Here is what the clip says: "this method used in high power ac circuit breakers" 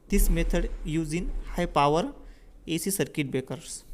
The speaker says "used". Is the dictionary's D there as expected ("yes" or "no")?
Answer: no